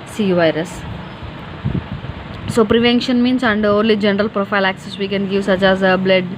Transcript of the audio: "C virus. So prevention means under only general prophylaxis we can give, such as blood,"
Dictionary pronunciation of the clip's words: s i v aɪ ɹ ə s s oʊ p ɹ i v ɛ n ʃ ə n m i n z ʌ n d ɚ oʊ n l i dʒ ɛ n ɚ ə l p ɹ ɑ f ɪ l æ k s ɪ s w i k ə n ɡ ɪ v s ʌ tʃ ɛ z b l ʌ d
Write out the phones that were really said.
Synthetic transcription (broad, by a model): s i v aɪ ɹ ə s s oʊ p ɹ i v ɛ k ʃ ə n m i n s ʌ n d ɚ oʊ n l i dʒ ɛ n ɚ ə l p ɹ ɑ f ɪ l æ k s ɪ s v i k ə n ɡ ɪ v s ʌ tʃ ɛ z b l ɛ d